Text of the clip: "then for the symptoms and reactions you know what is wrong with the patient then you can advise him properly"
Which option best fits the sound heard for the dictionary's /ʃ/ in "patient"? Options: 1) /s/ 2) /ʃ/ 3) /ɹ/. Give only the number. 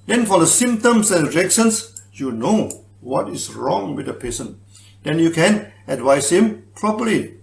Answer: 1